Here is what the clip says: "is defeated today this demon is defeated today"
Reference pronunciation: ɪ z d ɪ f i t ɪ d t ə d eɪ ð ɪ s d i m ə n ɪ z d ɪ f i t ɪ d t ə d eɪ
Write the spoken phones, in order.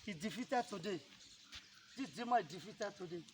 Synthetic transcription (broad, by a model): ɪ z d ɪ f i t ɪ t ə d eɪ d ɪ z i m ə ɪ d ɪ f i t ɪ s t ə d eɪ